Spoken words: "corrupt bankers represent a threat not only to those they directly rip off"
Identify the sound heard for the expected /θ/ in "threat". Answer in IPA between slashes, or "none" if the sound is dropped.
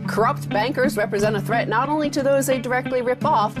/θ/